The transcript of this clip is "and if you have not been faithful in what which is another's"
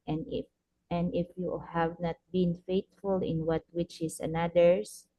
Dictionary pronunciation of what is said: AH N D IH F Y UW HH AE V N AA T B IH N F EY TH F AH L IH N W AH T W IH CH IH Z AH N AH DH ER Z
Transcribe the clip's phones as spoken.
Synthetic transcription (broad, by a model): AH N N IH F Y UW HH AE V N AA T B IH N F EY T F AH L IH N W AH T W IH CH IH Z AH N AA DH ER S